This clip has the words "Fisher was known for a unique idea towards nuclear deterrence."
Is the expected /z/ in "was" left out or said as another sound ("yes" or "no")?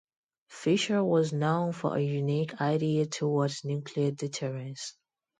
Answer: no